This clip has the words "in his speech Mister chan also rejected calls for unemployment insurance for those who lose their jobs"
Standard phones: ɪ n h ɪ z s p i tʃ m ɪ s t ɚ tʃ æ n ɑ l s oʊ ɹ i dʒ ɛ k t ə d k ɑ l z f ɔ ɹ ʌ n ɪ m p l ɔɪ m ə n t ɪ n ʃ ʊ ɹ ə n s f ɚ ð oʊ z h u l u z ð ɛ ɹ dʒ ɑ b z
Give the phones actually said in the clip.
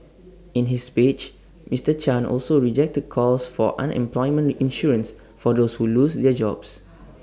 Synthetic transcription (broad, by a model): ɪ n h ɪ s p i tʃ m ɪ s t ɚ tʃ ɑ n ɑ l s oʊ ɹ i dʒ ɛ k t ə d k ɑ l s f ɔ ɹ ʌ n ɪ m p l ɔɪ m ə n ɪ n ʃ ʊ ɹ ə n s f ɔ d oʊ s h u l u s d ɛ dʒ ɑ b s